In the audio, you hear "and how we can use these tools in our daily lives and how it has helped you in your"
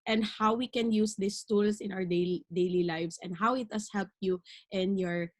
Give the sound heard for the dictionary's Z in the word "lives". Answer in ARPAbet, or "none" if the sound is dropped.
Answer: S